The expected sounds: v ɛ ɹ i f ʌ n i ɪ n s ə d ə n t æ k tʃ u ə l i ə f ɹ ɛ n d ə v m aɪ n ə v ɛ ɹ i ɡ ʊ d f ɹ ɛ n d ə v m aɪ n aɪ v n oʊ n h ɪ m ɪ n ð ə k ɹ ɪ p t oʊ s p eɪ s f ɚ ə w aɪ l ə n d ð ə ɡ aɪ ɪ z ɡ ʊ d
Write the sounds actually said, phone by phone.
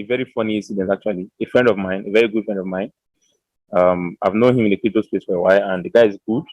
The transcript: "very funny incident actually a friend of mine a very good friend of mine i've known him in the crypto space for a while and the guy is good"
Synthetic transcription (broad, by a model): v ɛ ɹ i f ʌ n i ɪ n s ə d ə n t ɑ k tʃ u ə l i ə f ɹ ɛ n d ə v m aɪ n ə v ɛ ɹ i ɡ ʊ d f ɹ ɛ n d ə v m aɪ n aɪ v n oʊ n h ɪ m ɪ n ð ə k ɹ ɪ t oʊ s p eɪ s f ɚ ə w aɪ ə n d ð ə ɡ aɪ ɪ z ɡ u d